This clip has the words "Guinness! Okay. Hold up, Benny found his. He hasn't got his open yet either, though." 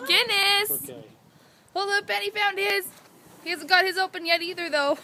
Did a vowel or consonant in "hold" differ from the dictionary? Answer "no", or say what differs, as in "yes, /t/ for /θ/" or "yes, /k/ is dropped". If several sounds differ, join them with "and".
yes, /d/ is dropped